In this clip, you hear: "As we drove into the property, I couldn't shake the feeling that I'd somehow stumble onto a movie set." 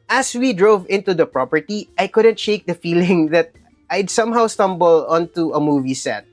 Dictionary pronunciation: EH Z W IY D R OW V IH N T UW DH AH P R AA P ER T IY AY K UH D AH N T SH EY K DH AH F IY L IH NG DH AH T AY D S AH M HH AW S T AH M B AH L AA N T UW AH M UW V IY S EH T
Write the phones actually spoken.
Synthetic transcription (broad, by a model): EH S W IY D R OW V IH N T UW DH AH P R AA P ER T IY AY K UH D AH N T SH EY K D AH F IY L IH NG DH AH T AY D S AH M HH AW S T AH M B AH L AA N T UW AH M UW V IY S EH T